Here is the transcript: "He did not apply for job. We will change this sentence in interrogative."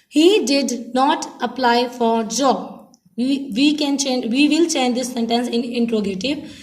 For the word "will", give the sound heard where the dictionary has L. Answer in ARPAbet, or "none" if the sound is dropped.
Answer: N